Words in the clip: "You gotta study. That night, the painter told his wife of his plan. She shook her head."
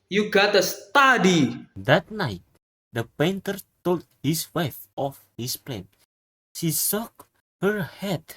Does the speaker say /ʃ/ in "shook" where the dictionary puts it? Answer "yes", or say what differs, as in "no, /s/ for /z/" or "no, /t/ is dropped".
no, /s/ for /ʃ/